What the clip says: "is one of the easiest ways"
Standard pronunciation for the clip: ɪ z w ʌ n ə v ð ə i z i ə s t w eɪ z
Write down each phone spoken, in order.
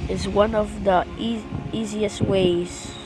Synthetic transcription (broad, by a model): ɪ z w ʌ n ə v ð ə i z i ə s t w eɪ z